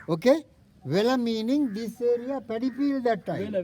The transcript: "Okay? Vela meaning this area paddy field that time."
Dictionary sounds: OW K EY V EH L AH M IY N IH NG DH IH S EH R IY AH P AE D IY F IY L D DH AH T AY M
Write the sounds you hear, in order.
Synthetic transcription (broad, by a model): OW K EY V EH L AH M IY N IH NG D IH S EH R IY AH P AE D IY P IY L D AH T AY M